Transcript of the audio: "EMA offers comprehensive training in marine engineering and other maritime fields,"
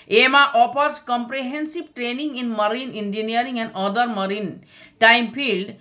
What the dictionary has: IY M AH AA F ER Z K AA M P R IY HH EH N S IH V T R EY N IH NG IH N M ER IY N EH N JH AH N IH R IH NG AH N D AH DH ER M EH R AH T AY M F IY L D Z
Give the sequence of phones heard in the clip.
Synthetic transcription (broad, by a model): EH M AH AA P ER S K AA M P R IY HH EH N S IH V T R EY N IH NG IH N M ER IY N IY N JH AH N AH R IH NG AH N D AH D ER M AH R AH T AY M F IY L D